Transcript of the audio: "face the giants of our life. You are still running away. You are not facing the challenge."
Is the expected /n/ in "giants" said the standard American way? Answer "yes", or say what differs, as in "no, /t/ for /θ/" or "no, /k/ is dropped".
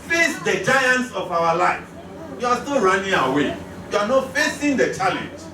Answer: yes